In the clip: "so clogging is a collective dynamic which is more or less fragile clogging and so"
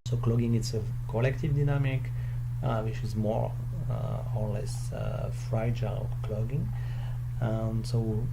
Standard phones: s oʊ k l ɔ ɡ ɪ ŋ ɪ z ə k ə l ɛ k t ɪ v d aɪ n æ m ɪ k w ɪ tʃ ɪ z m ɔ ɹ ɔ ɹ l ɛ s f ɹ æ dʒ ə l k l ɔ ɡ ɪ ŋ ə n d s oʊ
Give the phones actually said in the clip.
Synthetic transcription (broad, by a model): s oʊ k l ɔ ɡ ɪ ŋ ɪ s ə k ə l ɛ k t ɪ v d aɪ n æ m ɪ k w ɪ tʃ ɪ z m ɔ ɹ ɔ ɹ l ɛ s f ɹ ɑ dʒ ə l k l ɔ ɡ ɪ ŋ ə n s oʊ